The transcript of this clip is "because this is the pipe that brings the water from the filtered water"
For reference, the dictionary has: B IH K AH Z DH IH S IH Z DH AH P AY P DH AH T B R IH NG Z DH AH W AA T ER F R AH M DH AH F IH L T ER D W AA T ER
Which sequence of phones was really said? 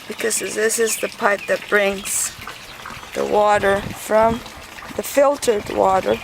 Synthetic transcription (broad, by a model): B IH K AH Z DH IH S IH Z DH AH P AY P DH AH T B R IH NG Z DH AH W AA T ER F R AH M DH AH F IH L T ER D W AA T ER